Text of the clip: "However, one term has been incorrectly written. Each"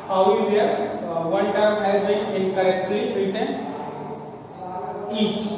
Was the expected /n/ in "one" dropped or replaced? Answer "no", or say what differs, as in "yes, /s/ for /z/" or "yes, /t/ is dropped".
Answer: yes, /l/ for /n/